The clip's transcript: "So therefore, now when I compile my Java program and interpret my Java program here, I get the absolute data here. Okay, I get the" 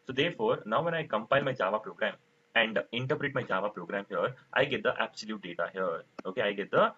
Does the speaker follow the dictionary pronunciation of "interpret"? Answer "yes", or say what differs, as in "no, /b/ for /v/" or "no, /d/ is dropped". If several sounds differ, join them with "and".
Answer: yes